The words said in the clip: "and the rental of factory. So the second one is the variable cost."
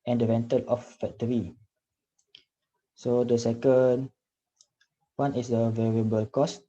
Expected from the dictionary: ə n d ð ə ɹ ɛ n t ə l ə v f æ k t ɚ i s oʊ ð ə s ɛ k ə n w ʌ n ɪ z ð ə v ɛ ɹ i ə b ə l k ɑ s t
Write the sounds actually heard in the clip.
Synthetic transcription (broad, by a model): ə n d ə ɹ ɛ n t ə l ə f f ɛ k t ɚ i s oʊ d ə s ɛ k ə n w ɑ n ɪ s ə v ɛ ɹ i ə b ə l k ɑ s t